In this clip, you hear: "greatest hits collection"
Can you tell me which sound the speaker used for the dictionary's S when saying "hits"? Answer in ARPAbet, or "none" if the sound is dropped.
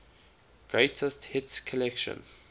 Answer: S